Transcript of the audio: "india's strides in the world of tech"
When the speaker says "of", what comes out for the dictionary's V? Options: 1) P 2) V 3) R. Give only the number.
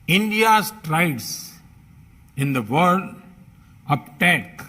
1